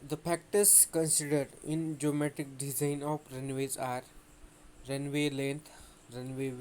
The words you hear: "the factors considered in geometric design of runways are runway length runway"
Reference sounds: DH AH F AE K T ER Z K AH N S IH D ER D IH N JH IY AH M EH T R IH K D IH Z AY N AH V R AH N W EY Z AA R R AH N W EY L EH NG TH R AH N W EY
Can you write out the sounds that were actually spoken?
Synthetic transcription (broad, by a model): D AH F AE K T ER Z K AH N S IH D ER D IH N JH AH M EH T IH K D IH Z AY N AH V R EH N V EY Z AA R R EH N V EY L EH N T R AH N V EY